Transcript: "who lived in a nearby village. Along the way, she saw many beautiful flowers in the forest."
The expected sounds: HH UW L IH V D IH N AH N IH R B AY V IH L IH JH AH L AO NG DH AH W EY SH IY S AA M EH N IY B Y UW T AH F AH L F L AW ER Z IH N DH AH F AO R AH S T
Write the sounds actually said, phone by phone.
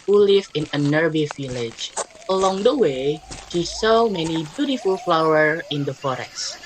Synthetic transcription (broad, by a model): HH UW L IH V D IH N AH N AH R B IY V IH L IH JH AH L AO NG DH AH W EY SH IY S AA M EH N IY B Y UW T AH F AH L F L AW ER IH N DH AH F AO R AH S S